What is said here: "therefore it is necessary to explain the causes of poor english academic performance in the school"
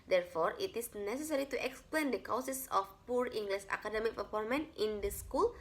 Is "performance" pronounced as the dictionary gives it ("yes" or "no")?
no